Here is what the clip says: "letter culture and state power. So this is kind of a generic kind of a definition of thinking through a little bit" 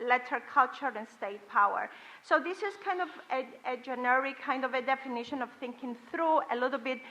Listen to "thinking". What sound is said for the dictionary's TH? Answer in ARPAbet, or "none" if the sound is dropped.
TH